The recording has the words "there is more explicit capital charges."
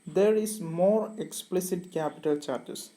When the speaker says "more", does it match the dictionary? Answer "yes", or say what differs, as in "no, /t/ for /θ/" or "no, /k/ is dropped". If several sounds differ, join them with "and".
yes